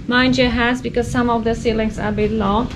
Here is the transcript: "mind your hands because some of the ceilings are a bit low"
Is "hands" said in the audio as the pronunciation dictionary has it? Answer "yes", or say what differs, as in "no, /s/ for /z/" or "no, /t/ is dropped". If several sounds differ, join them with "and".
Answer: no, /n/ is dropped